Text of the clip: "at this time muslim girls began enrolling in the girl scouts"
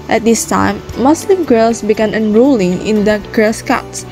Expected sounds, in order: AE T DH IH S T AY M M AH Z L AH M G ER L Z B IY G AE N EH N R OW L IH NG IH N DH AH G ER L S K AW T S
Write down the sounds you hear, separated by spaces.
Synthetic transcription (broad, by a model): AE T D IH S T AY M M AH S L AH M G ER L S B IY G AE N EH N R OW L IH NG IH N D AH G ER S K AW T S